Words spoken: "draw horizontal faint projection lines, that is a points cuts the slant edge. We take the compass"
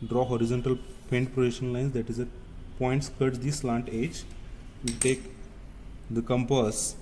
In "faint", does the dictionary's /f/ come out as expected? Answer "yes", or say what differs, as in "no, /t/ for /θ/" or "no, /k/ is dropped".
no, /p/ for /f/